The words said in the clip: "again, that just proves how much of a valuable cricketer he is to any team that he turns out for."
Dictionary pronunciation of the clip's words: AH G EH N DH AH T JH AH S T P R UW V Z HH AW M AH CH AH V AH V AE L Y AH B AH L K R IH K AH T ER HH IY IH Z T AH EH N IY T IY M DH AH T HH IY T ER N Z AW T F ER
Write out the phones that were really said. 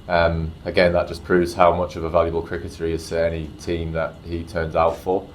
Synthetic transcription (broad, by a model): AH G EH N DH AH T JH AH S P R UW V Z HH AW M AH CH AH V AH V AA L Y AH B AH L K R IH K AH T ER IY IH Z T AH EH N IY T IY M DH AH T HH IY T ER N Z AW T F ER